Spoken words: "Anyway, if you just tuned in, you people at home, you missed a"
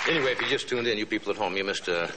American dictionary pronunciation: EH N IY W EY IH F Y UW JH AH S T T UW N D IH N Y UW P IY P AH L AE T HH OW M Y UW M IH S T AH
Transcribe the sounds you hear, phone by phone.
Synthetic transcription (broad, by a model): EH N IY W EY IH F Y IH JH AH S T T UW N D IH N Y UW P IY P L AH T HH OW M Y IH M IH S T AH